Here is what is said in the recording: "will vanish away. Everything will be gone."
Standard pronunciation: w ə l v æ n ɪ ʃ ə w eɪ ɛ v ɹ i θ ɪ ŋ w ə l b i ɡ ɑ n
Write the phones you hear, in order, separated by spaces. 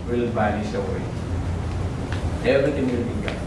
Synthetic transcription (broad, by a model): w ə l b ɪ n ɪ s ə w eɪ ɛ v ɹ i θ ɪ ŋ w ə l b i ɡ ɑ